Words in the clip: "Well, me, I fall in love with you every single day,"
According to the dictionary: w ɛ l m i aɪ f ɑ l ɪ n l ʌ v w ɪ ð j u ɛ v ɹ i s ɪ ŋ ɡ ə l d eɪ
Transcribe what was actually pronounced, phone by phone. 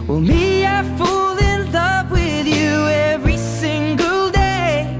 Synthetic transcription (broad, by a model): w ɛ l m i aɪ f ɑ l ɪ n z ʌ p w ɪ ð j u ɛ v ɹ i s ɪ ŋ ɡ ə l d eɪ